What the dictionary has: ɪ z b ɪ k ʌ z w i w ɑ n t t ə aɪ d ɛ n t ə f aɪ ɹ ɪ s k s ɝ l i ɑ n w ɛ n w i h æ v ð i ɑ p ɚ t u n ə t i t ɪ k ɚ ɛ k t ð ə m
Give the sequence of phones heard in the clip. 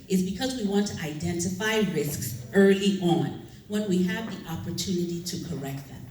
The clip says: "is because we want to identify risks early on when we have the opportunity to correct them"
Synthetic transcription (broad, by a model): ɪ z b ɪ k ʌ z w i w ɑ n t t ə aɪ d ɛ n t ə f aɪ ɹ ɪ s k s ɝ l i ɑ n w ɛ n w i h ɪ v ð i ɑ p ɚ t u n ə t i t ɪ k ɚ ɛ k t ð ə m